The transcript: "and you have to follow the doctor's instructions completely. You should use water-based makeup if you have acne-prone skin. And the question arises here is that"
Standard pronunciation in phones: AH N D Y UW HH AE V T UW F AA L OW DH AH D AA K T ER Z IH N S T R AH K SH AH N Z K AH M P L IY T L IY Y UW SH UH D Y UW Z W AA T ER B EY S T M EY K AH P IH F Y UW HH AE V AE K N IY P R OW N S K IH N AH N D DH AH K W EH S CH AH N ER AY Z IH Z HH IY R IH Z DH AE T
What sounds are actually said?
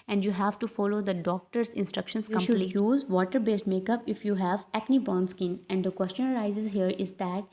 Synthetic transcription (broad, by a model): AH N D Y UW HH AE V T UW F AA L OW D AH D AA K T ER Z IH N S T R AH K SH AH N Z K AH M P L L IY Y Y UW Z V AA T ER B EY S T M EY K AH P IH F Y UW HH AE V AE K N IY B R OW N S K IH N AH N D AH K W EH S CH AH N ER AY Z IH Z HH IY R IH Z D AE T